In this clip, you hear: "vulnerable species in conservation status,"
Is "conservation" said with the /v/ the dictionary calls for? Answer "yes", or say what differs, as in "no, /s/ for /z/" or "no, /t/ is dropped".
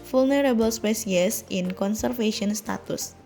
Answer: no, /f/ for /v/